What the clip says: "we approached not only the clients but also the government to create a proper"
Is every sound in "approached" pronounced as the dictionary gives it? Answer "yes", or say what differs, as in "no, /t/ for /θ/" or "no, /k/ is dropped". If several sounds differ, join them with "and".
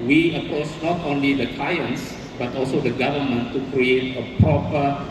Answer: no, /ɹ/ is dropped